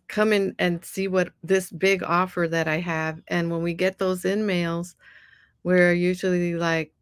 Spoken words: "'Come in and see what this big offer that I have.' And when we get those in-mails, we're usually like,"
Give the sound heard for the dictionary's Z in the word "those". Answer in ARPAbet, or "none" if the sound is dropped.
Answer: Z